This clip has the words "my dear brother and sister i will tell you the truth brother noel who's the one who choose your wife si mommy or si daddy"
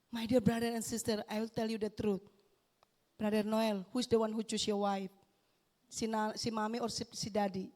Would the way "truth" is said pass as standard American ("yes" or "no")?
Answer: no